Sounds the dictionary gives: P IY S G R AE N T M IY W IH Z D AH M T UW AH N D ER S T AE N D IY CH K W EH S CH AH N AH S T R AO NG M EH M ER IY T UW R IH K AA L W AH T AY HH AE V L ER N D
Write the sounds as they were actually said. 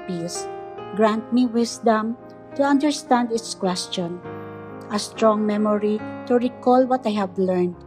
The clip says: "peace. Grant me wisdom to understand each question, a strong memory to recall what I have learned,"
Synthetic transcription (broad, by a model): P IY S G R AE N T M IY W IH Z D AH M T UW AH N D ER S T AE N D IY S K W EH S CH AH N AH S T R AO NG M EH M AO IY T UW R IH K AA L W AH T AY HH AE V L ER N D